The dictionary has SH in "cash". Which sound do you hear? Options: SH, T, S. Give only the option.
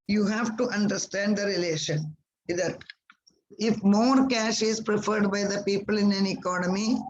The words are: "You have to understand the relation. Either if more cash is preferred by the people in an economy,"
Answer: SH